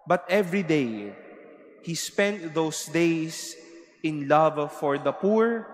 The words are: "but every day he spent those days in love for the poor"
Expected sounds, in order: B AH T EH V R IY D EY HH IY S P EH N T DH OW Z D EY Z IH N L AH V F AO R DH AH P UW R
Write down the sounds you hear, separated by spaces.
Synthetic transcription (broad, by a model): B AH T EH V R IY D EY HH IY S P EH N T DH OW S D EY S IH N L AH V F AO R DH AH P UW R